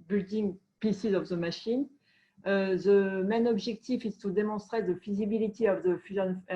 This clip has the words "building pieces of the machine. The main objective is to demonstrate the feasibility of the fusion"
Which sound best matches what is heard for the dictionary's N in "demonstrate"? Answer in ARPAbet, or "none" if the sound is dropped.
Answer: none